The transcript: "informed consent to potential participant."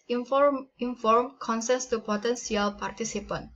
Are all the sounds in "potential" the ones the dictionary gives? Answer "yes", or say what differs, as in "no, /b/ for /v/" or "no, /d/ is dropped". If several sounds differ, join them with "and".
no, /s/ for /ʃ/